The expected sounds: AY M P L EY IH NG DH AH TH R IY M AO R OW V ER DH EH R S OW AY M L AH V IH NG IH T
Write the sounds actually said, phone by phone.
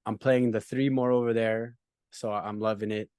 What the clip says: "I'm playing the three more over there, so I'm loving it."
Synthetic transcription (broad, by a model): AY M P L EY IH NG DH AH TH R IY M AO R OW V ER DH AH R S OW AY M L AH V IH NG IH T